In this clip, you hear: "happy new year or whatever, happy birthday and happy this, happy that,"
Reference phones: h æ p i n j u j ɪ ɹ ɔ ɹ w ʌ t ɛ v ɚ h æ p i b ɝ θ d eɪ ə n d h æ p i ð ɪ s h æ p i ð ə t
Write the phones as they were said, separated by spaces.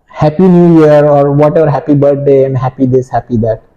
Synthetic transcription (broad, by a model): h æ p i n j u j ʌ ɹ ɔ ɹ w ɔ t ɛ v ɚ h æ p i b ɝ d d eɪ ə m h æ p i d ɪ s h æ p i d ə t